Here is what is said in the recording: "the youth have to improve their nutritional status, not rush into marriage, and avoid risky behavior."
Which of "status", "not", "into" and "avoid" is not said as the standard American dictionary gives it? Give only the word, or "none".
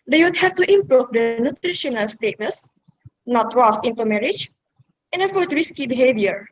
avoid